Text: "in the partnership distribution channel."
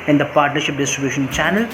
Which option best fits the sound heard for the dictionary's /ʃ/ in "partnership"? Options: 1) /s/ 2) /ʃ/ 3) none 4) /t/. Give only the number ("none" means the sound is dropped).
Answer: 2